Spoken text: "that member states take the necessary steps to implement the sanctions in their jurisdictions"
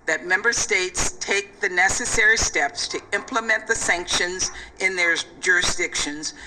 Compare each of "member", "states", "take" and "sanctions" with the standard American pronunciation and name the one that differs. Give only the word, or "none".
none